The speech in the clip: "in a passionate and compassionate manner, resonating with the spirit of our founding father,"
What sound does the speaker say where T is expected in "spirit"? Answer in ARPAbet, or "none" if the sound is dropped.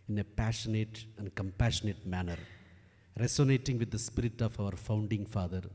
T